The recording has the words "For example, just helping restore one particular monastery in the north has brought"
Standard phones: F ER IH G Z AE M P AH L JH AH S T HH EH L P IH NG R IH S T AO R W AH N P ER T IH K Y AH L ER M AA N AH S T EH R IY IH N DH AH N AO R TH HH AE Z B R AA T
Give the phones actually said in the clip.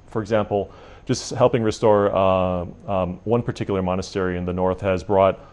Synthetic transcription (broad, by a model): F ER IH G Z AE M P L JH AH S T HH EH L P IH NG R IH S T AO R W AH N P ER T IH K Y L ER M AA N AH S T EH R IY IH N DH AH N AO R TH HH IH Z B R AA T